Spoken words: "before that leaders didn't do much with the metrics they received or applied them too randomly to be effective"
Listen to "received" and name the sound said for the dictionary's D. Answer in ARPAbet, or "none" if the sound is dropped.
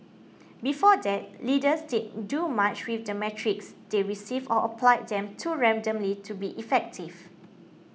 none